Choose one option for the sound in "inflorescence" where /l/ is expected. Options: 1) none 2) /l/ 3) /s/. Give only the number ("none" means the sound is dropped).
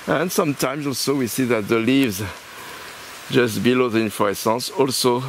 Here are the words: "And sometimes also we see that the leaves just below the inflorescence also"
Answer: 1